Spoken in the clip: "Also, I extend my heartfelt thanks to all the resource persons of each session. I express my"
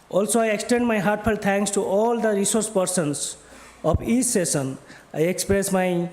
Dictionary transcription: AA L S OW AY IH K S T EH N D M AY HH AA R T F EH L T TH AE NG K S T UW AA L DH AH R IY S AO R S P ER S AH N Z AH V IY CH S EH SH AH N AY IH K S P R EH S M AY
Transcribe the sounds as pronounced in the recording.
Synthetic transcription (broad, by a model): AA L S OW AY IH K S T EH N D M AY HH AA R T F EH L T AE NG K S T UW AA L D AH R IY S AO R S P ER S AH N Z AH P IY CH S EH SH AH N AY IH K S P R EH S M AY